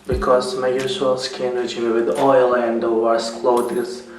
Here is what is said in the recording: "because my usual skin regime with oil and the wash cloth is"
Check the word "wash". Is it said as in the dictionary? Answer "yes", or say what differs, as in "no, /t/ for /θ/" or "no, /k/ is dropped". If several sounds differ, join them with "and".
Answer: no, /s/ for /ʃ/